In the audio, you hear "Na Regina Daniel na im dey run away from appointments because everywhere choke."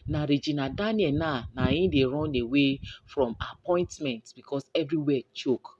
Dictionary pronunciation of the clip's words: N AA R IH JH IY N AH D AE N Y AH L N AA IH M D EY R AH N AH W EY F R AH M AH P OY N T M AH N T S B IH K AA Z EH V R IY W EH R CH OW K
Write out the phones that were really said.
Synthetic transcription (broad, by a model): N AA R IH JH IY N AH D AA N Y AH N N AA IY D EY R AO N AH W EY F R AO M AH P OY N T M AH N T B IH K AA S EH V R IY W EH CH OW K